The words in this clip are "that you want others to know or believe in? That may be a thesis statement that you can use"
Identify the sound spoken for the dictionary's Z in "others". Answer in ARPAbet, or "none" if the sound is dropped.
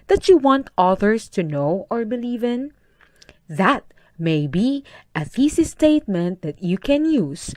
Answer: S